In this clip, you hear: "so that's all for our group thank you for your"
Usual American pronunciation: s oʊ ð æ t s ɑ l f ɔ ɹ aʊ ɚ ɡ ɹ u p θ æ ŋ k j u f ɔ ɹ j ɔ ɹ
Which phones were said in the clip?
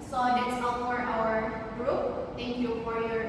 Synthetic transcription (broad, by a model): s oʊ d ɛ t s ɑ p f ɔ ɹ aʊ ɚ ɡ ɹ u p t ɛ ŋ k j u f ɔ ɹ j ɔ ɹ